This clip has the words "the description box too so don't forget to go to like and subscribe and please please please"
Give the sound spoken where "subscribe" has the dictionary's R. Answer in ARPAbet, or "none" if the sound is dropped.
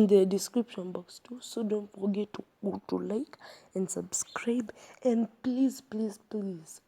R